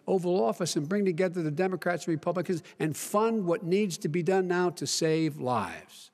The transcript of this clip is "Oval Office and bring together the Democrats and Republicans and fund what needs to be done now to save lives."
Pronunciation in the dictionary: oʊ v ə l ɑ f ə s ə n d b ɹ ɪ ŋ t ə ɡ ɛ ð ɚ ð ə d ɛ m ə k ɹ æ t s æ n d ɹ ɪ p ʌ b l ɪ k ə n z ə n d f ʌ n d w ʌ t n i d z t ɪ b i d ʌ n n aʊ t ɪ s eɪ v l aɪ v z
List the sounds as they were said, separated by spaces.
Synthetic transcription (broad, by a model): oʊ v ə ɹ ɑ f ə s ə n b ɹ ɪ ŋ t ə ɡ ɛ ð ɚ ð ə d ɛ m ə k ɹ æ t s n ɹ ɪ p ʌ b l ɪ k ə n z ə n f ʌ n d w ʌ t n i d z t ɪ b i d ʌ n n aʊ t ɪ s eɪ v l aɪ v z